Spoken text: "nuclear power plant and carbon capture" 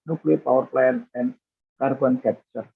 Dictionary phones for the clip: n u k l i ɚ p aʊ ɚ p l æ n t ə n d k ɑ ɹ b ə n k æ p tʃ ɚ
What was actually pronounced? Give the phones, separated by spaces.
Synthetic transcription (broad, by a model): n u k l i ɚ p aʊ ɚ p l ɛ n ə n k ɑ ɹ b ə n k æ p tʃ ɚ